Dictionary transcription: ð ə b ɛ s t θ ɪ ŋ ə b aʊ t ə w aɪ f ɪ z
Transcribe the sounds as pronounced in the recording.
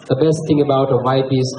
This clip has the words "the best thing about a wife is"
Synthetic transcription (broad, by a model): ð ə b ɛ s t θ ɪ ŋ ə b aʊ t ə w aɪ p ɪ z